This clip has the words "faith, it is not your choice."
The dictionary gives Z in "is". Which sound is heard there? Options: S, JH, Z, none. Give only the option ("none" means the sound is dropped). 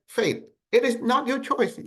Z